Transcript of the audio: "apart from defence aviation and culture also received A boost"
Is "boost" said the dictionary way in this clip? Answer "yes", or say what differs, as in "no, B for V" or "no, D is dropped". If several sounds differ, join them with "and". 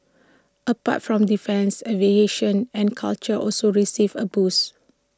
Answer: no, T is dropped